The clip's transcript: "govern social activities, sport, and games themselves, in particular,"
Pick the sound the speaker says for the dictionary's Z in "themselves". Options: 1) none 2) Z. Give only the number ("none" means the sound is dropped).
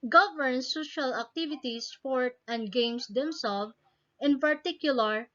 1